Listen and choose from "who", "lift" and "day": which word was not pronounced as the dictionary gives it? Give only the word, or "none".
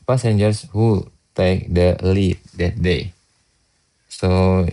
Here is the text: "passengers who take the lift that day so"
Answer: lift